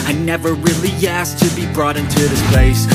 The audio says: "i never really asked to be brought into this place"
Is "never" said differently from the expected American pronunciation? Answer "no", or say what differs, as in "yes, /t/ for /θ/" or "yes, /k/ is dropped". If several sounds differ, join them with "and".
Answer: no